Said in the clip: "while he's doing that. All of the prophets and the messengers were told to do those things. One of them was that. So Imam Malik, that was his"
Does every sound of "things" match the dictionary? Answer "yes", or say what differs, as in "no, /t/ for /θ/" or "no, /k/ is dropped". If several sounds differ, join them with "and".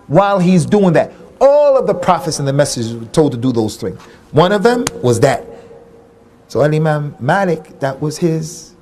yes